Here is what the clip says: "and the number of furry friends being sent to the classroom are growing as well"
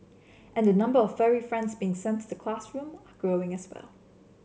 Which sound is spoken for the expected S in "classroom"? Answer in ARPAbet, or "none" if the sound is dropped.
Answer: S